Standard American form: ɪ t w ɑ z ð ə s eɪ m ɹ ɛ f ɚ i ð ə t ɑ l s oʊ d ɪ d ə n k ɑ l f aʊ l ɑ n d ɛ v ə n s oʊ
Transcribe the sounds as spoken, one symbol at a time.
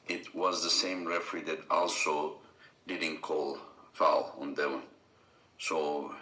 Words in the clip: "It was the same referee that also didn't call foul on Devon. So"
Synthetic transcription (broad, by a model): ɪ t w ɑ z ð ə s eɪ m ɹ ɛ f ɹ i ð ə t ɑ l s oʊ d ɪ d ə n k ɑ l f aʊ l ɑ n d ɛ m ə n s oʊ